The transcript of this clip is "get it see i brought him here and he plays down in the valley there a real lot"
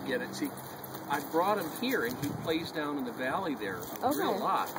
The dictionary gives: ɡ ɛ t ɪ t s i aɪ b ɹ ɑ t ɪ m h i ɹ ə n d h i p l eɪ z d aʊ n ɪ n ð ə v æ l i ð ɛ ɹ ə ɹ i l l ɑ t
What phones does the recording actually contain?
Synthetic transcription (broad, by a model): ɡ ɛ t ɪ t s i aɪ b ɹ ɑ t ɪ m h i ɹ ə n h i p l eɪ z d aʊ n ɪ n ð ə v æ l i ð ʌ ɹ ə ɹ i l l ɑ t